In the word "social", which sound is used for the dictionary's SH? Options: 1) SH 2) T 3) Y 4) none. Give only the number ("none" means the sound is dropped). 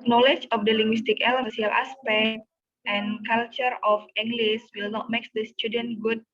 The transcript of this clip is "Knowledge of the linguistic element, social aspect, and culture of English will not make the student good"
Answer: 4